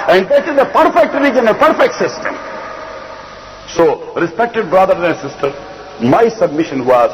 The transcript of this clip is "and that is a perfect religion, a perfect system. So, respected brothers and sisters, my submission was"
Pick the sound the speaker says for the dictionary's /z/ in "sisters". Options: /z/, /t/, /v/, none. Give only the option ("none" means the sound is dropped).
none